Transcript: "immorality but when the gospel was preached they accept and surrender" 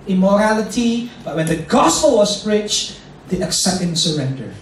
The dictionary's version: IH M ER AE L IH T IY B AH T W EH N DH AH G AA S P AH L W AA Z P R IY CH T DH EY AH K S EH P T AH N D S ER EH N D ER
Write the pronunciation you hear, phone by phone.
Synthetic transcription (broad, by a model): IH M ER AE L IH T IY B AH T W EH N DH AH G AA S P AH L W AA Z B R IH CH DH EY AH K S EH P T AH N S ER EH N D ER